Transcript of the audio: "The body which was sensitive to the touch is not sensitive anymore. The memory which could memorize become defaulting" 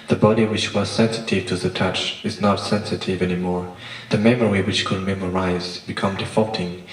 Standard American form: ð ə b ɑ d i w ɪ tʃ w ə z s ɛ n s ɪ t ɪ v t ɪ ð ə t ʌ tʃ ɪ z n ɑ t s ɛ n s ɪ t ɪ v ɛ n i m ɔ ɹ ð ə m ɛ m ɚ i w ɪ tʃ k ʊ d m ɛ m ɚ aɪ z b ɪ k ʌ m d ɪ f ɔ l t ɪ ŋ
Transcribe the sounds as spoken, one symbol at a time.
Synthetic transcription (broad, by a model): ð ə b ɑ d i w ɪ tʃ w ə z s ɛ n s ɪ t ɪ v t ɪ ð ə t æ tʃ ɪ z n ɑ t s ɛ n s ɪ t ɪ v ɛ n i m ɔ ɹ ð ə m ɛ m ɚ i w ɪ tʃ k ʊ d m ɛ m ɚ aɪ z b ɪ k ʌ m d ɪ f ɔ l t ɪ ŋ